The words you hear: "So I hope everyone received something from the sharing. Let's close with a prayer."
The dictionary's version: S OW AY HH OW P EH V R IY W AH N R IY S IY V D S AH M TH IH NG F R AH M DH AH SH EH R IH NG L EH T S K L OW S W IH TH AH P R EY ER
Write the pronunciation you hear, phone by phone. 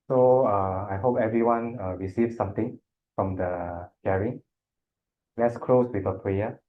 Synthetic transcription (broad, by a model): S OW AY HH OW P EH V R IY W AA N R IY S IY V S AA M T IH NG F R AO M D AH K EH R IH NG L EH T S K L OW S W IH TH AH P R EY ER